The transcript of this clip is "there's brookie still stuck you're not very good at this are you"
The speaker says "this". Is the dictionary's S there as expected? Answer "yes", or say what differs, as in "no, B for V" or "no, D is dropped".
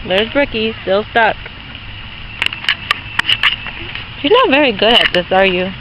yes